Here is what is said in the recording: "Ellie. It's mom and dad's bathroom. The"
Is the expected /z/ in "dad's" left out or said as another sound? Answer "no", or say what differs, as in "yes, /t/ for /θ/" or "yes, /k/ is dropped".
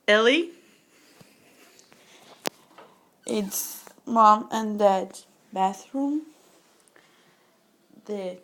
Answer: yes, /z/ is dropped